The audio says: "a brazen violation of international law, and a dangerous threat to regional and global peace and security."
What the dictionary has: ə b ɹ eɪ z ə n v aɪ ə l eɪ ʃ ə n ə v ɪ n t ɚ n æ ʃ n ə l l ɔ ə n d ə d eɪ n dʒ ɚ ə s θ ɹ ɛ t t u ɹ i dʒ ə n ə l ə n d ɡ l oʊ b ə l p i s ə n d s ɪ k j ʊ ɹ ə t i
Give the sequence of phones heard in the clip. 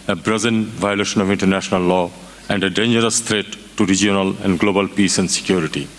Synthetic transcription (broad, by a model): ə b ɹ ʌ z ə n v aɪ ə l eɪ ʃ ə n ə v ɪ n t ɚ n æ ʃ n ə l l ɔ ə n d ə d eɪ n dʒ ɚ ə s t ɹ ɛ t t u ɹ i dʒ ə n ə l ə n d ɡ l oʊ b ə l p i s ə n d s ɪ k j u ɹ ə t i